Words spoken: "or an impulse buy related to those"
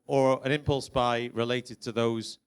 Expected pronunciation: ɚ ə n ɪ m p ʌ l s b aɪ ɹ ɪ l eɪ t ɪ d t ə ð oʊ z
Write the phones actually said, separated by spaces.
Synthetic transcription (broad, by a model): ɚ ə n ɪ m p ʌ l s b aɪ ɹ ɪ l eɪ t ɪ d t ə ð oʊ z